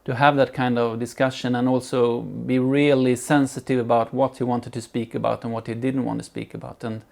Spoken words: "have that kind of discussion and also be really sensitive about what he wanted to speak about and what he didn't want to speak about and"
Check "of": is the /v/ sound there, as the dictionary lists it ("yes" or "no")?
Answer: yes